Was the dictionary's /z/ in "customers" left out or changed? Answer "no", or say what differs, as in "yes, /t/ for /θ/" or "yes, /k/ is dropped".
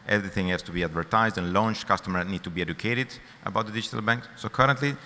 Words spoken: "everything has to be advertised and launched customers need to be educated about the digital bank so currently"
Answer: yes, /z/ is dropped